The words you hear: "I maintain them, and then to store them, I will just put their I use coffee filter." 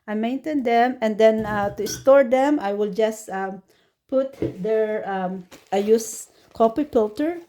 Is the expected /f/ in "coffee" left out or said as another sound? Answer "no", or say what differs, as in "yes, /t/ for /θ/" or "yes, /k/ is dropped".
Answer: yes, /p/ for /f/